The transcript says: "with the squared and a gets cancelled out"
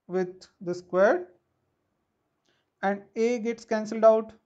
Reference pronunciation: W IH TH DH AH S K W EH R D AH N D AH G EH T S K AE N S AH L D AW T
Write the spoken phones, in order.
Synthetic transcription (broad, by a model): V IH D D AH S K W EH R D AH N D AH G EH T S K AE N S AH L D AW T